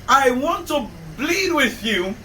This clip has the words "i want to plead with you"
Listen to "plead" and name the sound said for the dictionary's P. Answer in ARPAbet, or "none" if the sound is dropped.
B